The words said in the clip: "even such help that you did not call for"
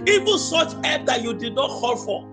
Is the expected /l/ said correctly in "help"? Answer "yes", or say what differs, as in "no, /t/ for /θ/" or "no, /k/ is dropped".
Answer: no, /l/ is dropped